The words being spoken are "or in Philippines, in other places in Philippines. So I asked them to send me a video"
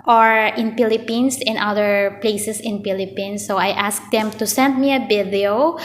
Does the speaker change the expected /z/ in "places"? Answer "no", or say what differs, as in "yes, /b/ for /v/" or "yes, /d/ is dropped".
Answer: yes, /s/ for /z/